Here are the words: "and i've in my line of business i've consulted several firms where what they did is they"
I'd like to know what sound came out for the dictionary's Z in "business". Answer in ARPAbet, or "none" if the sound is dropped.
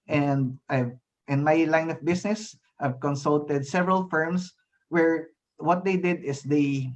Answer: S